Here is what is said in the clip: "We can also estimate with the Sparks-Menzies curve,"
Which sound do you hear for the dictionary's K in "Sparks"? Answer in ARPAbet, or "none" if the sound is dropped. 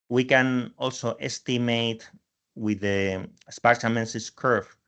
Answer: none